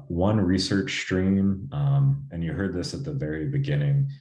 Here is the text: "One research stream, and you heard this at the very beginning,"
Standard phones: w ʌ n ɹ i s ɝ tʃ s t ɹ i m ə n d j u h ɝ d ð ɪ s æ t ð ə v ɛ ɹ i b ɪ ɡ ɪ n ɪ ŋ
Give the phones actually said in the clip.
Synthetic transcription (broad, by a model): w ʌ n ɹ i s ɝ tʃ s t ɹ i m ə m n j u h ɝ d ð ɪ s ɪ t ð ə v ɛ ɹ i b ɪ ɡ ɪ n ɪ ŋ